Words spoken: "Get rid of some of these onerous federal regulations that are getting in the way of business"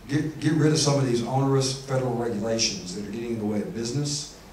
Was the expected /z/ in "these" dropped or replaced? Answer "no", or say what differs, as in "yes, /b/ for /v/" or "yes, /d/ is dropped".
no